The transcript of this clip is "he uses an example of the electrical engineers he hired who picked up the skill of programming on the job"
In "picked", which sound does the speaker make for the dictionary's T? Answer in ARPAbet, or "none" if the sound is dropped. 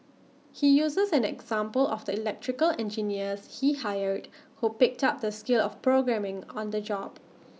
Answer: T